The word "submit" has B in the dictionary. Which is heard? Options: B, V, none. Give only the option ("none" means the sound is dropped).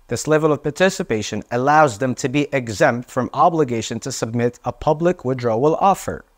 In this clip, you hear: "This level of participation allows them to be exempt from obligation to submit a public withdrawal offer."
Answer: B